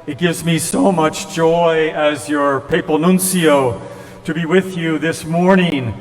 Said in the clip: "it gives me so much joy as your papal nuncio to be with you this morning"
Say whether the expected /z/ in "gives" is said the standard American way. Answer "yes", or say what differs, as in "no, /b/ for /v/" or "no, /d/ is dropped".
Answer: yes